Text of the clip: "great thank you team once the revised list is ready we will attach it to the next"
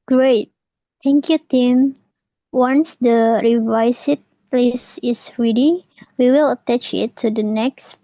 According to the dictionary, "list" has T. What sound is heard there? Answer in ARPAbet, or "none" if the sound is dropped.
none